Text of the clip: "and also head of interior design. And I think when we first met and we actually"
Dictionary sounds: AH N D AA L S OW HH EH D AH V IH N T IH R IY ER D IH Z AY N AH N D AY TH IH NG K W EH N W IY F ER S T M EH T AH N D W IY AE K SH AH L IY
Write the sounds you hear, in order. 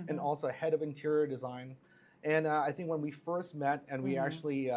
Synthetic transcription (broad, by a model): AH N AA L S OW HH EH D AH V IH N T IH R IY ER D IH Z AY N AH N AY TH IH NG K W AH N W IY F ER S T M EH T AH N W IY AE K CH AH L IY